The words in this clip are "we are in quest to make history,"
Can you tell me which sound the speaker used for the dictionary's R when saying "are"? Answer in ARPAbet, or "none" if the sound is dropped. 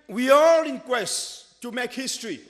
L